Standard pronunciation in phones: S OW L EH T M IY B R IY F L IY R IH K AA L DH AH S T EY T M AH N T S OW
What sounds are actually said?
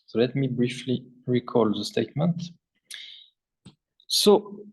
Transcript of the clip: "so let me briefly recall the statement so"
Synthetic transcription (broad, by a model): S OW L EH T M IY B R IY F L IY R IH K AA L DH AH S T EY T M AH N T S OW